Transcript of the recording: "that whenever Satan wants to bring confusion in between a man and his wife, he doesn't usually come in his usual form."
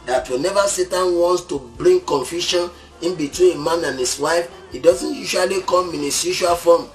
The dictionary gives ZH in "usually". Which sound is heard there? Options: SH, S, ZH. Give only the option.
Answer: SH